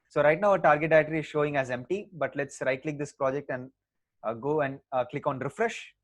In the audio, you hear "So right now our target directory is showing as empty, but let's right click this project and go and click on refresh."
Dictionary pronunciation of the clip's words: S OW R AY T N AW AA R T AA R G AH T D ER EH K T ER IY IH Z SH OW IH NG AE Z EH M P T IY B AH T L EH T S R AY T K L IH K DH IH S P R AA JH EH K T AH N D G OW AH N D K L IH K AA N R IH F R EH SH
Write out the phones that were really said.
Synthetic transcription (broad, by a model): S OW R AY T N AW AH T AA R G AH T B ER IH T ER IY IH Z SH OW IH NG AE Z EH M P T IY B AH T L EH T S R AY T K L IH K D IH S P R AA JH EH K T AH N D G OW AH N D K L IH K AA N R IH F R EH SH